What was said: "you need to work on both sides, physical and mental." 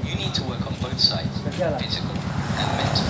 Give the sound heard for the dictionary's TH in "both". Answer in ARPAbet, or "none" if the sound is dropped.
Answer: TH